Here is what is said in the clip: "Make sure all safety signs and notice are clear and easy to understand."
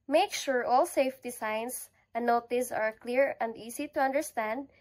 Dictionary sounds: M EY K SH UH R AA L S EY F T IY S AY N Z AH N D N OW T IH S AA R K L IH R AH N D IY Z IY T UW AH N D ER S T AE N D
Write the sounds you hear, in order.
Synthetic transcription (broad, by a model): M EY K SH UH R AA L S EY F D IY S AY N S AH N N OW T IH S AA R K L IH R AH N D IY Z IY T UW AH N D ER S T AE N D